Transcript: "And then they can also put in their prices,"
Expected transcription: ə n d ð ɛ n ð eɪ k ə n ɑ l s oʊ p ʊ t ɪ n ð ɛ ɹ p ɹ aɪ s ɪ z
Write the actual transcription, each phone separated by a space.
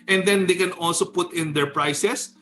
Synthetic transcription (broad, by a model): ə n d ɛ n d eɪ k ə n ɑ l s oʊ p ʊ t ɪ n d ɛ ɹ p ɹ aɪ s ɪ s